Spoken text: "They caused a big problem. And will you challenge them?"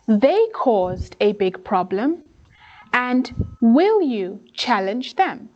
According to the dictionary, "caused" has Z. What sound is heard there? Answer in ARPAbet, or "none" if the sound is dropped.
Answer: Z